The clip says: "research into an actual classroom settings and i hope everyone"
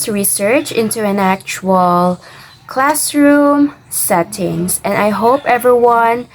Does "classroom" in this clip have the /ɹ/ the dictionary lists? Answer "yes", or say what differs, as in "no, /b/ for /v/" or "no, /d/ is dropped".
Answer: yes